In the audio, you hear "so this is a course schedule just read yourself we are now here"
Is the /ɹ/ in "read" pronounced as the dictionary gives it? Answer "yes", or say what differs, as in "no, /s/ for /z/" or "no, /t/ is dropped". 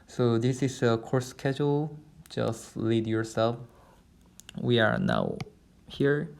no, /l/ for /ɹ/